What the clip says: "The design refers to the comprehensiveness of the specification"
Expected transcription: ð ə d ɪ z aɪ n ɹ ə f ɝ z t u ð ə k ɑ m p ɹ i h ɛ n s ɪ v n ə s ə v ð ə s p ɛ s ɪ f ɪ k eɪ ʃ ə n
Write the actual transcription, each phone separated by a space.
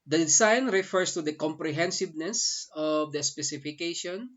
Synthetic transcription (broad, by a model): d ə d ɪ s aɪ n ɹ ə f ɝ s t u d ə k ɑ m p ɹ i h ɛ n s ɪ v n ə s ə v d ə s p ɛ s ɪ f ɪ k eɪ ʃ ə n